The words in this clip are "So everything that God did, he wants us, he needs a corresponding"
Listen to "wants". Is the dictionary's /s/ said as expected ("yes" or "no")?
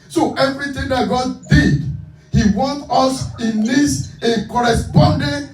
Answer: no